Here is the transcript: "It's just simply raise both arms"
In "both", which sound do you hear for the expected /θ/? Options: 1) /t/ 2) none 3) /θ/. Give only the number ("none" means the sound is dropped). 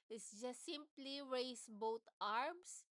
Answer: 1